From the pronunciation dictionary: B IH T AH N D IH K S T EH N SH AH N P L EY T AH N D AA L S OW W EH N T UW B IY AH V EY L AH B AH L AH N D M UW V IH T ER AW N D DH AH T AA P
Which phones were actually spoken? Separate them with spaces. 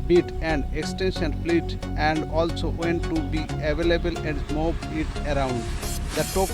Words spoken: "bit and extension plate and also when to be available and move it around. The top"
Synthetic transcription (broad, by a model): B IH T AH N D IH K S T EH N SH AH N F L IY T AH N D AA L S OW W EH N T UW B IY AH V EY L AH B AH L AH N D M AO B IH T ER AW N D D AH T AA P